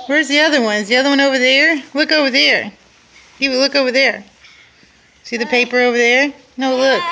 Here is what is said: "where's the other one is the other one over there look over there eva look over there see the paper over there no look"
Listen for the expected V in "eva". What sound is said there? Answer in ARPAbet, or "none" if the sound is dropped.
W